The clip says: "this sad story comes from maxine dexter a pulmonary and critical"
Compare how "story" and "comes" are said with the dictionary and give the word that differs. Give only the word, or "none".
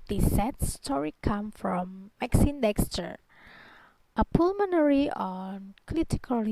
comes